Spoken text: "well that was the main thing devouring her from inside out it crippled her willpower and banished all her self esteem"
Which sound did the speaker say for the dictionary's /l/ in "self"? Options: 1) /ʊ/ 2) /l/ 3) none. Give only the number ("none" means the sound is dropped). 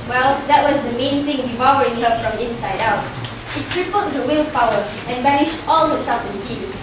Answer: 3